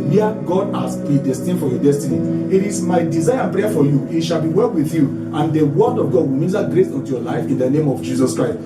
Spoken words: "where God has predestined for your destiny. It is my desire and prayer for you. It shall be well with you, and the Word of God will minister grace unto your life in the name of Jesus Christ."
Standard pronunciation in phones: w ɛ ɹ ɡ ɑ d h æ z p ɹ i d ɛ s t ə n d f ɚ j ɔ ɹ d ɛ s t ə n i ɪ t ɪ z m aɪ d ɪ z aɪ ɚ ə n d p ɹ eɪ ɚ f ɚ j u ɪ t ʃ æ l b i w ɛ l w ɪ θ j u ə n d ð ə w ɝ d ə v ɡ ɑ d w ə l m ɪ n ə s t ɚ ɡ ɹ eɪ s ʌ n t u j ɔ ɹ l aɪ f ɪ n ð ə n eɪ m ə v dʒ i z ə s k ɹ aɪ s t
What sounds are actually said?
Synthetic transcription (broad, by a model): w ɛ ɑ ɡ ɑ d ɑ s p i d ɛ s t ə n f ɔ j ɔ d ɛ s t ə n i ɪ t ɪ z m aɪ d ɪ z aɪ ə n p ɹ eɪ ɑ f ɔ j u ɪ t ʃ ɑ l b i w ɛ l w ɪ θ j u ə n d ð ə w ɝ d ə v ɡ ɑ d w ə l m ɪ l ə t ɡ ɹ eɪ s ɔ n t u j ɔ l aɪ f ɪ n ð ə n eɪ m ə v dʒ i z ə s k ɹ aɪ s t